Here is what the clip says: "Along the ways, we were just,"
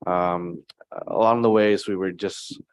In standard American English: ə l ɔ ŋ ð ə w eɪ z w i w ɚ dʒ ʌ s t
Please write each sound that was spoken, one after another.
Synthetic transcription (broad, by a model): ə l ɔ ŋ ð ə w eɪ z w i w ɚ dʒ ʌ s t